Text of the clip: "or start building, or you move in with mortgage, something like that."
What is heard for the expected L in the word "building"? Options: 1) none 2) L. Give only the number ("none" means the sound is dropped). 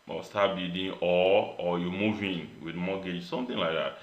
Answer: 1